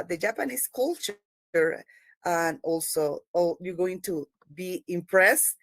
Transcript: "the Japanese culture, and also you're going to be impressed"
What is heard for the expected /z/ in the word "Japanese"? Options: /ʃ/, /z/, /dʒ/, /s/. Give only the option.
/s/